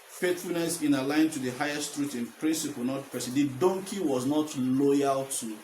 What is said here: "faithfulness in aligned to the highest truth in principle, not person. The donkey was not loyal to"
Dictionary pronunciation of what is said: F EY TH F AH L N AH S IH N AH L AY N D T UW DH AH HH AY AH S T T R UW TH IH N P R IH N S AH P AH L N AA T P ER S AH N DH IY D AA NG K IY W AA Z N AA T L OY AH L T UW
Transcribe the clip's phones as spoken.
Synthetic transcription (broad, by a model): F EY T F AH L N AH S IH N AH L AY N T UW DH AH HH AY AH S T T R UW T IH N P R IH N S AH P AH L N AA T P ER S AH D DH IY D AA NG K IY W AA Z N AA T L OY AH L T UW